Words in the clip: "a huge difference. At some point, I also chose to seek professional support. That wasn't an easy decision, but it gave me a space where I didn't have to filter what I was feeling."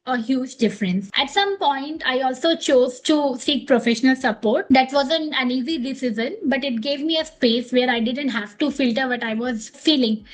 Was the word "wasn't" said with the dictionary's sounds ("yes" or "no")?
no